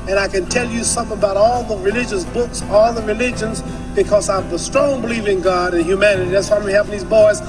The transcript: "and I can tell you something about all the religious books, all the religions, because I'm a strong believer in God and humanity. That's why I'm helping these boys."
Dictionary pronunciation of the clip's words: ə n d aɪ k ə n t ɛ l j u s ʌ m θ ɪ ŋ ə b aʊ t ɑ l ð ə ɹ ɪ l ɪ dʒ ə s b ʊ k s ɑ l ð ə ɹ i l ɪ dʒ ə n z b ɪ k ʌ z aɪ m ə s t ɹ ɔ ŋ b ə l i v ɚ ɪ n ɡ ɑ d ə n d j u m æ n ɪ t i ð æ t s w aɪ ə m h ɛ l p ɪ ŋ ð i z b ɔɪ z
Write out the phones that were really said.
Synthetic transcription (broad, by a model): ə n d aɪ k ə n t ɛ l j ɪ s ʌ m θ ɪ ŋ ə b aʊ t ɑ l ð ə ɹ ɪ l ɪ dʒ ə s b ʊ k s ɑ l ð ə ɹ i l ɪ dʒ ə n z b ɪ k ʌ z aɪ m ə s t ɹ ɔ ŋ b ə l i v ɪ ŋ ɡ ɑ d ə n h j u m æ n ɪ t i ð æ t s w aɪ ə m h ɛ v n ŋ ð i z b ɔɪ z